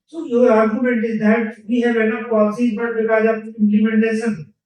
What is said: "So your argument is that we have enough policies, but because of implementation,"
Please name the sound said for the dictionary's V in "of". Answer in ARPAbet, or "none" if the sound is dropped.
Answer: P